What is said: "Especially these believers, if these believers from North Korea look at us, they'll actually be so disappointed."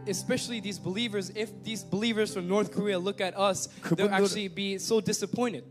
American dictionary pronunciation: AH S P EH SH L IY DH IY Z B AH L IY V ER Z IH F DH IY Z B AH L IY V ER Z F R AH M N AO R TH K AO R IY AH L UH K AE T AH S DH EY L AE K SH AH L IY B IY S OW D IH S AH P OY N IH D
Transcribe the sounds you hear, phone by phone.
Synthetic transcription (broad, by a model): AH S P EH SH L IY DH IY Z B AH L IY V ER Z IH F DH IY Z B AH L IY V ER Z F R AH M N AO R TH K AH R IY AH L UH K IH T AH S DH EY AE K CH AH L IY B IY S OW D IH S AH P OY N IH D